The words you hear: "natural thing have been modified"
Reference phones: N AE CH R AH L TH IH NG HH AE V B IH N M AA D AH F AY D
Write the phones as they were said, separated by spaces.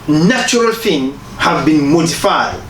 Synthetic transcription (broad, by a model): N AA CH R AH L F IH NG HH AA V B IH N M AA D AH F AY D